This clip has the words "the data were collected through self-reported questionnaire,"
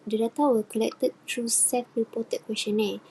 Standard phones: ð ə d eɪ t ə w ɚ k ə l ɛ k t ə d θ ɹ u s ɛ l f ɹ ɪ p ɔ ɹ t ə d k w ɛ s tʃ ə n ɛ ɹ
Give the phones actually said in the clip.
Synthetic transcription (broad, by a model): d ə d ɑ t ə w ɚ k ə l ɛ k t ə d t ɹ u s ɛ f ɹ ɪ p ɔ t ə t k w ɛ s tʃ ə n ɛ